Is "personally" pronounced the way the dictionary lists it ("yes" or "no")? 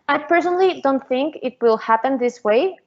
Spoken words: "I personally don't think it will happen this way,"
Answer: yes